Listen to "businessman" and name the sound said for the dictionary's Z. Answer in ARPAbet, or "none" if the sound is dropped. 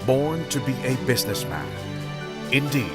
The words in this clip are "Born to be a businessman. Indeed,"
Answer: Z